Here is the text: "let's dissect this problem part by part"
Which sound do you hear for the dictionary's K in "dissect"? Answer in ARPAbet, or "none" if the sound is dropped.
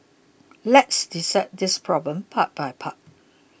none